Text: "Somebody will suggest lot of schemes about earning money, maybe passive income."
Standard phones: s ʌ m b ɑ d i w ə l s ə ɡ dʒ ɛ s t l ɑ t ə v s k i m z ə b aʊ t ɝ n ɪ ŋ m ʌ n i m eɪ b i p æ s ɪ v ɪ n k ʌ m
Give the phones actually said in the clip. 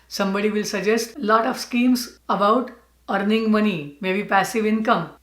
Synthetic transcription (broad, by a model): s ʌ m b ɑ d i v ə l s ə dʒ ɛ s t l ɑ t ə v s k i m s ə b aʊ t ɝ n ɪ ŋ m ʌ n i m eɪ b i p æ s ɪ v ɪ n k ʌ m